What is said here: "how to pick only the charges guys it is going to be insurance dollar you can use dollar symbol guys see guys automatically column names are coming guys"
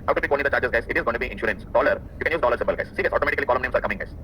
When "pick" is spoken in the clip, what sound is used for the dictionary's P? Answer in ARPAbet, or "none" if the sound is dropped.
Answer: B